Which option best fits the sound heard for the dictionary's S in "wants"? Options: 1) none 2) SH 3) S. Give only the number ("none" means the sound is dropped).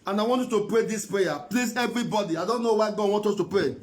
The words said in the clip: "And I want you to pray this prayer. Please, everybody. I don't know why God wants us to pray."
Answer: 1